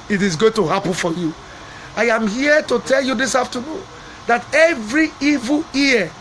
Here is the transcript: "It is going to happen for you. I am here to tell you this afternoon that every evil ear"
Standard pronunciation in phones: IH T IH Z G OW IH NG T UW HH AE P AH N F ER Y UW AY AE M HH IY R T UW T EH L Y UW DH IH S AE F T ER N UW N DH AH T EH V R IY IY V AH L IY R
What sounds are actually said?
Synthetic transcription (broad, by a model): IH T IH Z G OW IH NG T UW HH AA P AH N F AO Y UW AY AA M HH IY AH T UW T EH L Y UW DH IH S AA F T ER N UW N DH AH T EH V R IY IY V AH L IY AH